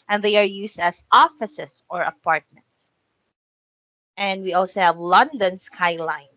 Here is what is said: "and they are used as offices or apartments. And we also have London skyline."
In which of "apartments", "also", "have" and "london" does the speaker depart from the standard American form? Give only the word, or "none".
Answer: none